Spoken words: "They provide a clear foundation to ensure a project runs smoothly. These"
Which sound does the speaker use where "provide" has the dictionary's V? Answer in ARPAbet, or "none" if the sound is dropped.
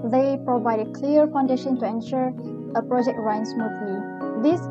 V